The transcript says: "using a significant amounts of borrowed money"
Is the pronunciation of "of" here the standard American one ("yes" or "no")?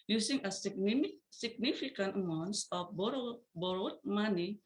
no